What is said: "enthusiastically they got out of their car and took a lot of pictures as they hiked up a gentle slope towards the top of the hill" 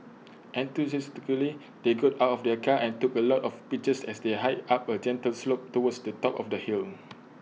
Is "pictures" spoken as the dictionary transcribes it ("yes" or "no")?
no